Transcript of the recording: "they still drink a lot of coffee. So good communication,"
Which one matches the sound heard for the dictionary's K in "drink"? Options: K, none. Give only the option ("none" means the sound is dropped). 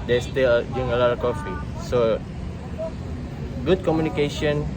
none